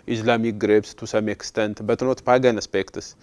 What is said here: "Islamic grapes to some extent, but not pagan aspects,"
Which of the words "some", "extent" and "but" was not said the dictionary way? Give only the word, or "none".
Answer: none